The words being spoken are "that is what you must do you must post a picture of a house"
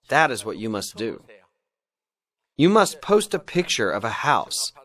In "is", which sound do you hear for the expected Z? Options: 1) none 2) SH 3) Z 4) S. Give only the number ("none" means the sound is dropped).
3